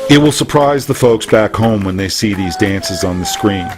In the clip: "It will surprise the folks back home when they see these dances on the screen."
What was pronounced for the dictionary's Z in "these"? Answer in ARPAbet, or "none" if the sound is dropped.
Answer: Z